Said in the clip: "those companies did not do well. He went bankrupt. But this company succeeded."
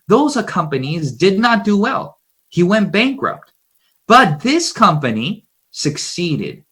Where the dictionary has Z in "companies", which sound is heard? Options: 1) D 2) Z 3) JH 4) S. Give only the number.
2